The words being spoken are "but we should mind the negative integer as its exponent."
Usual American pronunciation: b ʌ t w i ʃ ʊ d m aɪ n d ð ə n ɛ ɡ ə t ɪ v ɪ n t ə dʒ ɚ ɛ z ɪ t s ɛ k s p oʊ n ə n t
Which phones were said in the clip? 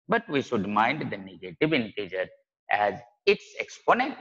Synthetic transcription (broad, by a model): b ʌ t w i ʃ ʊ d m aɪ n d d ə n ɛ ɡ ə t ɪ v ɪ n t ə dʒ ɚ ɛ z ɪ t s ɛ k s p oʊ n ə n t